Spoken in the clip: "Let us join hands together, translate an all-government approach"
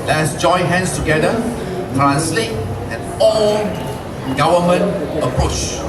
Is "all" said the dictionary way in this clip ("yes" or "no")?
no